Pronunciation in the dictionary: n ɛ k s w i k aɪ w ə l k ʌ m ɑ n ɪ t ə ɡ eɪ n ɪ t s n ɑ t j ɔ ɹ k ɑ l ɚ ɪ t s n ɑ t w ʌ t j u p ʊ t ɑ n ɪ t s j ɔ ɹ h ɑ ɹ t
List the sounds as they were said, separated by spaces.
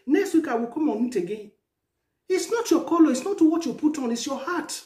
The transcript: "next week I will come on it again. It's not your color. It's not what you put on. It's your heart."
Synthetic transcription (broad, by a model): n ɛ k s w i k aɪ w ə k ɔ m ɑ n ɪ t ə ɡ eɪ ɪ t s n ɑ t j ɔ k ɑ l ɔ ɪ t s n ɑ t w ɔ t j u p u t ɑ n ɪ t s j ɔ h ɑ t